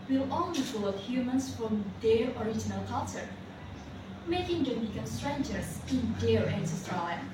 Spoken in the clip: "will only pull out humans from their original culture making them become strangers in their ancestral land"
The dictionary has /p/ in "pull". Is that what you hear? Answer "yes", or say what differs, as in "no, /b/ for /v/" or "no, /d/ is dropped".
no, /f/ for /p/